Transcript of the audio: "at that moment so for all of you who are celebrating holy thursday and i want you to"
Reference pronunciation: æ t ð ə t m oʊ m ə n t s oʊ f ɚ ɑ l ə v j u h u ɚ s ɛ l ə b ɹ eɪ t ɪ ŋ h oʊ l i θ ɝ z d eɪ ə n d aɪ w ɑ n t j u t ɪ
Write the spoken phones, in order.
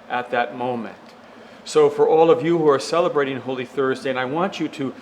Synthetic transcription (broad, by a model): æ t ð ə t m oʊ m ə n t s oʊ f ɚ ɑ l ə v j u h u ɚ s ɛ l ə b ɹ eɪ t ɪ ŋ h oʊ l i θ ɝ z d eɪ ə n aɪ w ɑ n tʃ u t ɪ